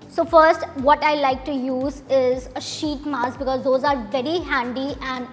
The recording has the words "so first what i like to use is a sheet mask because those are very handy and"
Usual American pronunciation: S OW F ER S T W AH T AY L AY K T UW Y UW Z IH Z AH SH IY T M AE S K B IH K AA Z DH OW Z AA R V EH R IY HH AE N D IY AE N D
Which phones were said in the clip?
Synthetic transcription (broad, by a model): S OW F ER S T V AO T AY L AY K T UW Y UW Z IH Z AH SH IY T M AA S B IH K AA Z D OW Z AA R V EH R IY HH AE N D IY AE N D